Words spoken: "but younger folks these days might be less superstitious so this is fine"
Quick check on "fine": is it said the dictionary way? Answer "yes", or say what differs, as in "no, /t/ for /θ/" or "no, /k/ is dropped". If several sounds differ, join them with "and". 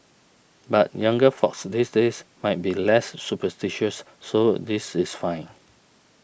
yes